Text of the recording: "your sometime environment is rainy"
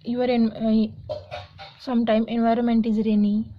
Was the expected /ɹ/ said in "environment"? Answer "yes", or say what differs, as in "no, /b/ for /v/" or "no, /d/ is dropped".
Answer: yes